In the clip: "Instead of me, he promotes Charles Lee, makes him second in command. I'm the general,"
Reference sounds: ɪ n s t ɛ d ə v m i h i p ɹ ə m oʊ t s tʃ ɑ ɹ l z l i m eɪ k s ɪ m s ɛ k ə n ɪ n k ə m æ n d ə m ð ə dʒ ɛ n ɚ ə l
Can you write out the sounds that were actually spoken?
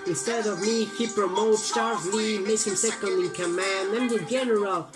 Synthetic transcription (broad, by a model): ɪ n s t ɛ d ə v m i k i p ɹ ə m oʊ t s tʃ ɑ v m i m eɪ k ɪ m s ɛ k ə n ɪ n k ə m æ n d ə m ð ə dʒ ɛ n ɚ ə l